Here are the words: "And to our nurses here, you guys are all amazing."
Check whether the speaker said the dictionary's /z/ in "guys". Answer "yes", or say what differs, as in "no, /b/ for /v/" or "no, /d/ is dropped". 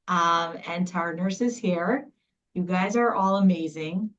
yes